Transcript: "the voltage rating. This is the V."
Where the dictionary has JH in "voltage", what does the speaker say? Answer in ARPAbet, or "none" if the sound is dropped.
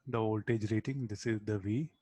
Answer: JH